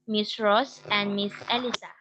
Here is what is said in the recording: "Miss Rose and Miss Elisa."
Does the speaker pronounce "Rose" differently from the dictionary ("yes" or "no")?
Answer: yes